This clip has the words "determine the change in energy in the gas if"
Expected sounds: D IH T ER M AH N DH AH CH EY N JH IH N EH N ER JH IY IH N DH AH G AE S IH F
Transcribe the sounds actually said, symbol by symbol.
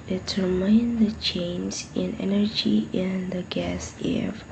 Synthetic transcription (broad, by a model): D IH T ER M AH N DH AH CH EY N Z IH N EH N ER JH IY IH N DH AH G AE S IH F